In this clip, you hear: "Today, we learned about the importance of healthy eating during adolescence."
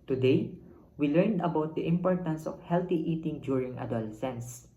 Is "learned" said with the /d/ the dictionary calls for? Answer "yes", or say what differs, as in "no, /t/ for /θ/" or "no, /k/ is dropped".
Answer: yes